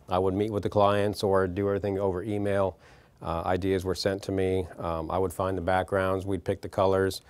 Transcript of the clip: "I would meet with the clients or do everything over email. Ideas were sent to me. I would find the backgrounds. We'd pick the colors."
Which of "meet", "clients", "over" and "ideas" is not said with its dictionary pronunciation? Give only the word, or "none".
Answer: none